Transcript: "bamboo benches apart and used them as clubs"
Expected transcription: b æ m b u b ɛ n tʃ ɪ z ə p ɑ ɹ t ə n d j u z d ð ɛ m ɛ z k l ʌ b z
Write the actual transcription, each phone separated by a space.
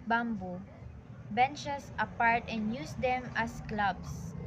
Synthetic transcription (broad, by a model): b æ m b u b ɛ n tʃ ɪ s ə p ɑ ɹ t ə n d j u s d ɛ m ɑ s k l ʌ b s